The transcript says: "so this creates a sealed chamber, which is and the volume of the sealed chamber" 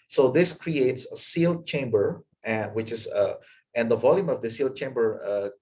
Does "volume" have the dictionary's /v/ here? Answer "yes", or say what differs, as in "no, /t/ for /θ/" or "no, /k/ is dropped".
yes